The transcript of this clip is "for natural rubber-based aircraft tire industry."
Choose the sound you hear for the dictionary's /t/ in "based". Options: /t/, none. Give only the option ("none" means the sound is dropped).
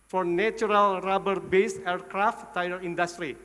none